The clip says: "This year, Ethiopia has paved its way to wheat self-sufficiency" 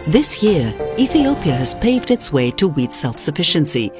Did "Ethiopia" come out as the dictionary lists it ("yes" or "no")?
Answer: yes